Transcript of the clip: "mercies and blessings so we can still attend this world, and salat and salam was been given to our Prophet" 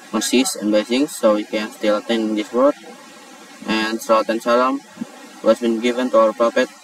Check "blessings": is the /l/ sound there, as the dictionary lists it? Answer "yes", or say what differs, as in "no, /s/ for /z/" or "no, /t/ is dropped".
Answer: no, /l/ is dropped